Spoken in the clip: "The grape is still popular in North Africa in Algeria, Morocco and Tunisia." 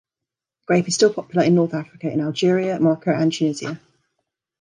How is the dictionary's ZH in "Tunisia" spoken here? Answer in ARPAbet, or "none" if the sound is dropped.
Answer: Z